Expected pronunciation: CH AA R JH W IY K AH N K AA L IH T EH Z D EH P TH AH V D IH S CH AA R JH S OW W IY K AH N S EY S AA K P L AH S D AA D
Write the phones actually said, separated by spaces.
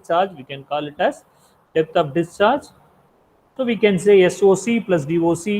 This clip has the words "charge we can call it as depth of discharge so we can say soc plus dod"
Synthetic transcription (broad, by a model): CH AA R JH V IY K AH N K AA L IH T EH S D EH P T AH P D IH S CH AA R JH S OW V IY K AH N S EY S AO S P L AH S D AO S